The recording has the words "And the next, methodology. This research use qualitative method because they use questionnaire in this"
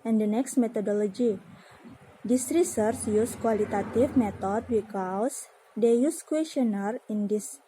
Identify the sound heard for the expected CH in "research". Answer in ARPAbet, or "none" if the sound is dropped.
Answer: S